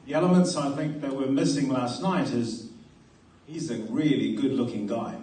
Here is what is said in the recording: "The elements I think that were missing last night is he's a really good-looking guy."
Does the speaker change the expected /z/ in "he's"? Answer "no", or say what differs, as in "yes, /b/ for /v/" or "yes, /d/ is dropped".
no